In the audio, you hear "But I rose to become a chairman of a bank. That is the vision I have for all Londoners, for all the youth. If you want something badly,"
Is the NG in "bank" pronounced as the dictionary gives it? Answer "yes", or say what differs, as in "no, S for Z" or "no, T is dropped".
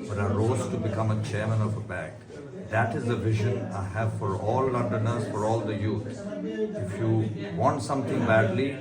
no, NG is dropped